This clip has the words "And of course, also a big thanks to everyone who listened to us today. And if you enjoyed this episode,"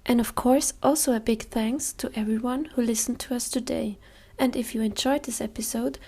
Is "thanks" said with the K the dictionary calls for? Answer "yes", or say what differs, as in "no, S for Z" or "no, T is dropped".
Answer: yes